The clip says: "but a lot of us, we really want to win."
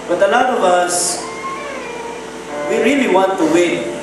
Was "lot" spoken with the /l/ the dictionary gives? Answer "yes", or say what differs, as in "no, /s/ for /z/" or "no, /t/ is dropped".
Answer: no, /n/ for /l/